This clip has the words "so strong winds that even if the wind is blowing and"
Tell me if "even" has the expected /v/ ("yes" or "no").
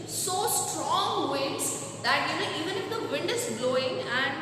yes